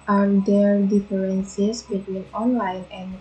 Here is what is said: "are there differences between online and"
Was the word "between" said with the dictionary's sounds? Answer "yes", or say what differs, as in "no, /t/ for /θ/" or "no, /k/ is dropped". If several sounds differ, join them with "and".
yes